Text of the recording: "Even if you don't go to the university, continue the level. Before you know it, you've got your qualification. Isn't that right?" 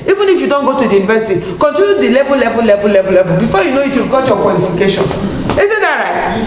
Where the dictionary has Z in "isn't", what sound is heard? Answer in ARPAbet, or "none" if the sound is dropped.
S